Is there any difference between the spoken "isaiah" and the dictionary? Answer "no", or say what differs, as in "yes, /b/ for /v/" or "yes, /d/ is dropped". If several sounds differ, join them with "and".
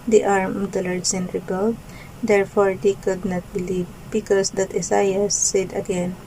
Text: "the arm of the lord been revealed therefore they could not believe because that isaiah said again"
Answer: yes, /s/ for /z/